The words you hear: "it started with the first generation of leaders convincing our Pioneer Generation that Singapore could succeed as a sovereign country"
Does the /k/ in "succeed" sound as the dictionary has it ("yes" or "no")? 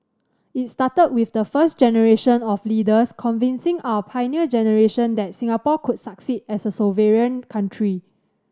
yes